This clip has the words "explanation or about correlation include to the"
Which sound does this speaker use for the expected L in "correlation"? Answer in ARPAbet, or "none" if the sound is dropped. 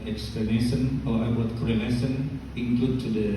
N